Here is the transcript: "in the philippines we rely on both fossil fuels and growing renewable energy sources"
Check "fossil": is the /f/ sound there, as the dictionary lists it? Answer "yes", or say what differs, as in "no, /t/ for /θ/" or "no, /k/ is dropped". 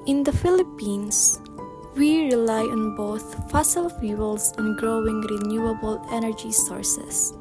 yes